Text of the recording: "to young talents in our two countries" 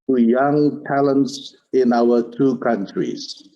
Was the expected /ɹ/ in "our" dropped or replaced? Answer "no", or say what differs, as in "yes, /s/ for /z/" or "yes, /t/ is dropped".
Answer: yes, /w/ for /ɹ/